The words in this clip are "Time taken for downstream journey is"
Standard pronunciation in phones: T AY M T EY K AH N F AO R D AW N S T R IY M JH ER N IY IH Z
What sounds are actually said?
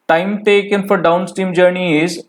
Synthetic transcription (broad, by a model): T AY M T EY K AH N F AO R D AW N S T IY M JH ER N IY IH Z